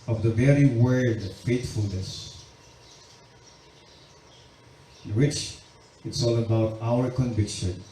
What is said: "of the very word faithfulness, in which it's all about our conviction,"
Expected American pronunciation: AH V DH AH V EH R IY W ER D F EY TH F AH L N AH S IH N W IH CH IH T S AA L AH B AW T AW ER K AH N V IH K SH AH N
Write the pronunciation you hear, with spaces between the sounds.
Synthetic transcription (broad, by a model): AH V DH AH V EH R IY W ER D F EY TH F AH L N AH S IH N W IH CH IH T S AA L AH B AW T AW ER K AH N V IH K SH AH N